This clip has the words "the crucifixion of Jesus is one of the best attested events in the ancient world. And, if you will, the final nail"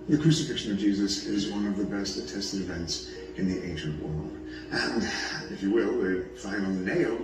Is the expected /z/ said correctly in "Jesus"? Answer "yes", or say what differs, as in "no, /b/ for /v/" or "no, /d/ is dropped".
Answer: yes